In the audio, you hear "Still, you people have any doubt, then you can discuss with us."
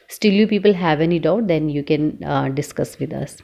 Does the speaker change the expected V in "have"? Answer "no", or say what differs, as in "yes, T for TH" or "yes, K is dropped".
no